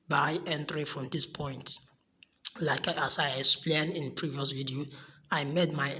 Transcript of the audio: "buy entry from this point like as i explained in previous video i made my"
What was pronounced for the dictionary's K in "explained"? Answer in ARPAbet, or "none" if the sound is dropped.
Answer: K